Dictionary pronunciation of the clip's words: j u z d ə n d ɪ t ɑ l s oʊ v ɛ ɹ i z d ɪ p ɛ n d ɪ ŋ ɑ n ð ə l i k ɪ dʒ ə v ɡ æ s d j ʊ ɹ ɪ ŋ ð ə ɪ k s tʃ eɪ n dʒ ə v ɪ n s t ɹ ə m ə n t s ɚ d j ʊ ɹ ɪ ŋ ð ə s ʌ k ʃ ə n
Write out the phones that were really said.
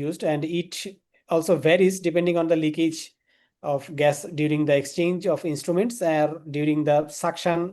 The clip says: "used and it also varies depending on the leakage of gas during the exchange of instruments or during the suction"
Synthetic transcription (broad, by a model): j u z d ə n d ɪ t ɑ l s oʊ v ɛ ɹ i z d ɪ p ɛ n d ɪ ŋ ɑ n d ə l i k ɪ dʒ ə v ɡ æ s d j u ɹ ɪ ŋ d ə ɪ k s tʃ eɪ n dʒ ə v ɪ n s t ɹ ə m ə n t s ɚ d j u ɹ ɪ ŋ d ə s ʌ k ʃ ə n